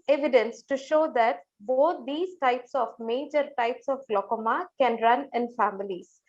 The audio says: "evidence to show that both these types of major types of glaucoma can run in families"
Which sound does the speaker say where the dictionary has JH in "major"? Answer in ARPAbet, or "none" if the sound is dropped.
JH